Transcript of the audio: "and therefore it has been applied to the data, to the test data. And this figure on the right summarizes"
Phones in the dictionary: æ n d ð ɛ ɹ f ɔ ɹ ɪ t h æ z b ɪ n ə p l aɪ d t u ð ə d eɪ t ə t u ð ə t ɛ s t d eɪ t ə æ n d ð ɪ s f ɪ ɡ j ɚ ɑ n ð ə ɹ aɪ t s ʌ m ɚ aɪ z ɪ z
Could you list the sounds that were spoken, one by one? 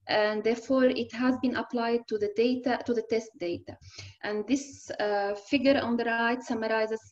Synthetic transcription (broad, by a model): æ n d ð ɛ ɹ f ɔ ɹ ɪ t h æ z b ɪ n ə p l aɪ d t u ð ə d eɪ t ə t u ð ə t ɛ s t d eɪ t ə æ n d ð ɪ s f ɪ ɡ j ɚ ɑ n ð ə ɹ aɪ t s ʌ m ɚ aɪ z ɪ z